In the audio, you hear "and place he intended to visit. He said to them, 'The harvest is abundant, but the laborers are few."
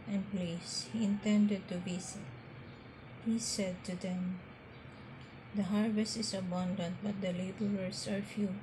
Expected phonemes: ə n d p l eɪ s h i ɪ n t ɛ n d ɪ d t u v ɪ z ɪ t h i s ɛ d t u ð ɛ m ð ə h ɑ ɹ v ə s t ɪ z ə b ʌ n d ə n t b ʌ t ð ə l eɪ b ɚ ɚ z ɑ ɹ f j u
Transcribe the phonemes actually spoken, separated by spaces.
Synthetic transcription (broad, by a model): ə n p l eɪ s h i ɪ n t ɛ n d ɪ d t u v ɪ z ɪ t h i s ɛ d t u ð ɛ m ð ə h ɑ ɹ v ə s t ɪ s ə b ʌ n d ə n t b ʌ t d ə l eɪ b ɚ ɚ s ɑ ɹ f j u